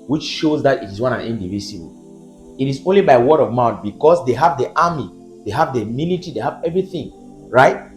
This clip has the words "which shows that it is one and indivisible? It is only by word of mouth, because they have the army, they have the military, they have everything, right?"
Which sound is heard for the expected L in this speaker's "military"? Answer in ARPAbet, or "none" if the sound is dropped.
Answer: N